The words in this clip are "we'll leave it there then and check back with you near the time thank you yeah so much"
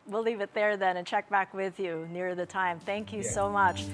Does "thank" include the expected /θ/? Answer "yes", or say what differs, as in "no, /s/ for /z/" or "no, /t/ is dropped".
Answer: yes